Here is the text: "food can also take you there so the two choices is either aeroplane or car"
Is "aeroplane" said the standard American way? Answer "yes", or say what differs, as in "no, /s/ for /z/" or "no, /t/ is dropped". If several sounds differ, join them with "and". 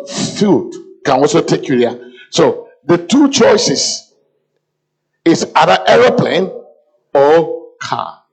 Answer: yes